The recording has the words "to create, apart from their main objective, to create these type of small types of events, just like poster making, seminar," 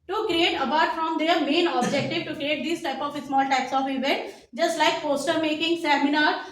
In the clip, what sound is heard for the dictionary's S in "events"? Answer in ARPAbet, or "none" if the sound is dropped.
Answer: none